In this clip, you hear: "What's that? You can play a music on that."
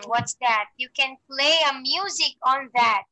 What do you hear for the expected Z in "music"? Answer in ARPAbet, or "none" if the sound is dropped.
Z